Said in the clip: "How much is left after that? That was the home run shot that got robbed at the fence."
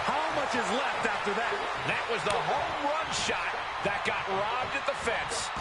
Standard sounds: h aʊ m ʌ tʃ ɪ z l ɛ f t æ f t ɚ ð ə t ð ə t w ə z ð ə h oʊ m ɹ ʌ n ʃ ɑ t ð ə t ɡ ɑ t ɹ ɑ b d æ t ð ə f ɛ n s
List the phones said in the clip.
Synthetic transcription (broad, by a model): h aʊ m ʌ tʃ ɪ z l ɛ f t æ f t ɚ ð ə t ð ə t w ə z ð ə h oʊ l ɹ ʌ n ʃ ɑ t ð ə t ɡ ɑ t ɹ ɑ b d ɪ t ð ə f ɛ n s